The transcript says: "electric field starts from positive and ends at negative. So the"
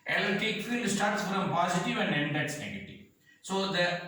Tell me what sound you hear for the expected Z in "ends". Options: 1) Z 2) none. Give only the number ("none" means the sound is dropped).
2